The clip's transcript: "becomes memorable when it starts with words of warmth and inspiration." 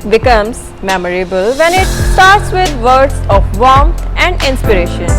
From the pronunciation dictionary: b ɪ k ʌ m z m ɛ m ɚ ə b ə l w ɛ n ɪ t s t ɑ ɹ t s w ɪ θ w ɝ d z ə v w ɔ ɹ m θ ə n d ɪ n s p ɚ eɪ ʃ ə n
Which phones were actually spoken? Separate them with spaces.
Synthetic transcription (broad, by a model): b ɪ k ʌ m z m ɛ m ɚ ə b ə l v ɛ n ɪ t s t ɑ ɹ t s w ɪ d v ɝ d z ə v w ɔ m t ə n d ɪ n s p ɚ eɪ ʃ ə n